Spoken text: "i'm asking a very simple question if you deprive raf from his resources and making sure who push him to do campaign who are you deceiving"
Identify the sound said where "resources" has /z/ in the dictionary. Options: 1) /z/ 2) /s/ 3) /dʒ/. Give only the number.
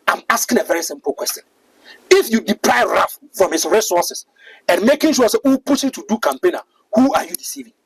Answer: 2